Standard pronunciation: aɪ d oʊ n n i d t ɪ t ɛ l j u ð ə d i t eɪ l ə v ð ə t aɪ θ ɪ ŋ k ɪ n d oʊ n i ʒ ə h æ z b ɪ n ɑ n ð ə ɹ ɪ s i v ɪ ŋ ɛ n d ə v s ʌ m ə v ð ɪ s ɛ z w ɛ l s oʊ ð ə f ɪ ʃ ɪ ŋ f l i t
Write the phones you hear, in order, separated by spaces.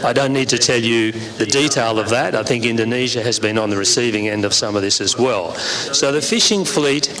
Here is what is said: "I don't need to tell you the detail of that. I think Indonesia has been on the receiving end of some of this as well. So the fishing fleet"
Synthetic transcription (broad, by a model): aɪ d oʊ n n i d t ɪ t ɛ l j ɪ ð ə d i t eɪ l ə v ð ə t aɪ θ ɪ ŋ k ɪ n d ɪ n i ʒ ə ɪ z b ɪ n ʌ n ð ə ɹ ɪ s i v ɪ ŋ ɛ n d ə v s ʌ m ə v ð ɪ s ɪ z w ɛ l s oʊ ð ə f ɪ ʃ ɪ ŋ f l i t